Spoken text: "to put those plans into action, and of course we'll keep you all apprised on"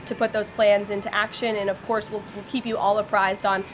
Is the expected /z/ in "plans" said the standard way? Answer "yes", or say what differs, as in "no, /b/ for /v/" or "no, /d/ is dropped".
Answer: yes